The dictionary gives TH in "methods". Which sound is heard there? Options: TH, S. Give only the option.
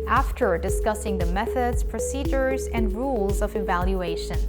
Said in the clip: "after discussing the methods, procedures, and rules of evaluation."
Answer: TH